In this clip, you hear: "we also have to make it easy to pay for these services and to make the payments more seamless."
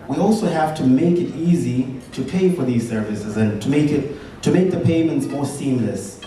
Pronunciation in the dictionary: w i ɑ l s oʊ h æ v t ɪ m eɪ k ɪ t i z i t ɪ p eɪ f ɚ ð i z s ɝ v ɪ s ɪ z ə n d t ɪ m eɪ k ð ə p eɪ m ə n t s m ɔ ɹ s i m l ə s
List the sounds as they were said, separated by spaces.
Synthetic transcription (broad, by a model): w i ɑ l s oʊ h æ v t ɪ m eɪ k ɪ t i z i t ɪ p eɪ f ɚ ð i z s ɝ v ɪ s ɪ z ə n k t ɪ m eɪ k ð ə p eɪ m ə n t s m ɔ ɹ s i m l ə s